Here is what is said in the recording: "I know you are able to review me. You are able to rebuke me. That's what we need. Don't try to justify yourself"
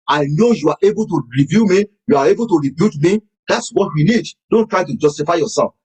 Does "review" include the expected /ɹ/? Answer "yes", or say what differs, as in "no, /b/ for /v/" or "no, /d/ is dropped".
yes